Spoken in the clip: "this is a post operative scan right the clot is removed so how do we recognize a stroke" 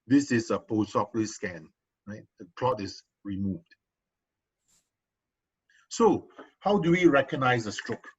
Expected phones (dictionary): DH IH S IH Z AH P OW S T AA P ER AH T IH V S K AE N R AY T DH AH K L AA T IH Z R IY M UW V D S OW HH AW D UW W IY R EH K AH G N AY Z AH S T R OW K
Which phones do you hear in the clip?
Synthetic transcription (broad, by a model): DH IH S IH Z AH P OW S AA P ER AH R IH S K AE N R AY T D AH K L AA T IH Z R IY M UW V D S OW HH AW D UW W IY R EH K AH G N AY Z AH S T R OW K